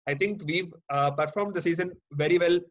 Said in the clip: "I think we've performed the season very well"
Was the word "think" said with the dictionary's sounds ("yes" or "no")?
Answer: no